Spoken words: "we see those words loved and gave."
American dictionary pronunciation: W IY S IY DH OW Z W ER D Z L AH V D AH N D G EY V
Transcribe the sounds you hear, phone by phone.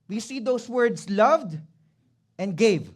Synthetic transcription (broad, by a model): W IY S IY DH OW S W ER D S L AH V D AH N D G EY V